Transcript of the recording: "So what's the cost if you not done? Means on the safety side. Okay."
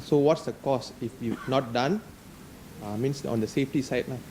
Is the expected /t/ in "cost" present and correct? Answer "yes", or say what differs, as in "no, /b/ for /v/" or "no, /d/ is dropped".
no, /t/ is dropped